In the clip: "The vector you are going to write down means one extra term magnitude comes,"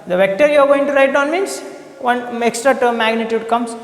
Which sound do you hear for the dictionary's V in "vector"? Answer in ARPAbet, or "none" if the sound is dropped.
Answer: V